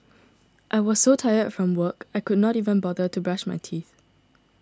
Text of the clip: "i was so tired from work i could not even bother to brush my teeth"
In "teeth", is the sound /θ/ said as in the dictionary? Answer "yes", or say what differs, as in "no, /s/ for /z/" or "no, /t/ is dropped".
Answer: yes